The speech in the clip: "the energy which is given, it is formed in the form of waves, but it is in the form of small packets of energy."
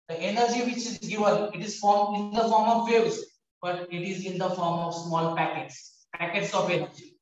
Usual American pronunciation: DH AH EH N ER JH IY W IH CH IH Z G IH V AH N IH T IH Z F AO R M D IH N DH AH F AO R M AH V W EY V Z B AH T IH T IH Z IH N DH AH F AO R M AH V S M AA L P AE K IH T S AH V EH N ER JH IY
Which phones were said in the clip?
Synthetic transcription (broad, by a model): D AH EH N ER JH IY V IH CH IH Z G IH V AH N IH T IH Z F AO R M IH N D AH F AO R M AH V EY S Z B AH T IH T IH Z IH N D AH F AO R M AH V S M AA L P AE K IH T S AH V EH N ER JH IY